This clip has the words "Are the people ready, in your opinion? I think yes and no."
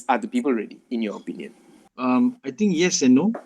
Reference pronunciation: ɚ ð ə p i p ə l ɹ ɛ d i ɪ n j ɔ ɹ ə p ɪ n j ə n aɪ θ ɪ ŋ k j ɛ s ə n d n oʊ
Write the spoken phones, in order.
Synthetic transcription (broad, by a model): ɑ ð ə p i p ə l ɹ ɛ d i ɪ n j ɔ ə p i n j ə n aɪ t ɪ ŋ k j ɛ s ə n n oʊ